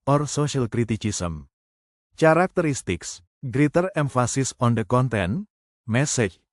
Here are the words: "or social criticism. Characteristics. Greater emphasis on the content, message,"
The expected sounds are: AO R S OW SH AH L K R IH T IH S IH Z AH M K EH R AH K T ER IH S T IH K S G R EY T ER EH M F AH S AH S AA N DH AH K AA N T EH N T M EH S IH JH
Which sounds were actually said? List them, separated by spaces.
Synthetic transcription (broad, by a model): AO R S OW SH AH L K R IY T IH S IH S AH M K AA R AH K T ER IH S T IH K S G R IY T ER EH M F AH S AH S AA N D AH K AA N T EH N M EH S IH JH